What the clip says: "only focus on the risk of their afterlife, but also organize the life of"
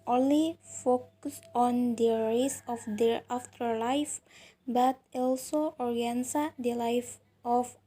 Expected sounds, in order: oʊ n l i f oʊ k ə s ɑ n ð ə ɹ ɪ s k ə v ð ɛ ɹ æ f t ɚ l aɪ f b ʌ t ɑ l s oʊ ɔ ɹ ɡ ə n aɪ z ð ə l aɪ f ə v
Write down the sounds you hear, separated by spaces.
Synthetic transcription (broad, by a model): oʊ n l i f oʊ k ə s ɑ n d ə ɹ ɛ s ə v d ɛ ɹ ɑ f t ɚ l aɪ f b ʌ t ɑ l s oʊ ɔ ɹ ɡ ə n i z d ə l aɪ f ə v